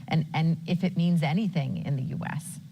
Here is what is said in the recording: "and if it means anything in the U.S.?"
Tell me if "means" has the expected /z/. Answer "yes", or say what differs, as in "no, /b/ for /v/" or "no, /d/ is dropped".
yes